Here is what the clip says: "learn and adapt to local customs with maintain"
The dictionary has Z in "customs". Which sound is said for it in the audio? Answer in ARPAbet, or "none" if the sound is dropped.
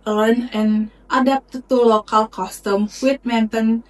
none